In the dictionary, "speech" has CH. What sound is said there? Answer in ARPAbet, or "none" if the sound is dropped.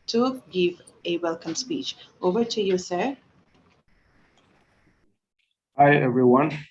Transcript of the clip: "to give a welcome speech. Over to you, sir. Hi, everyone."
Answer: CH